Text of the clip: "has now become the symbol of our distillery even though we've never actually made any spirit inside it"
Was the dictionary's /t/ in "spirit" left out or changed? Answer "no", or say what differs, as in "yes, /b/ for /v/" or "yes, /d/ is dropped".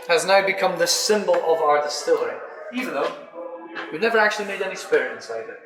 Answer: yes, /t/ is dropped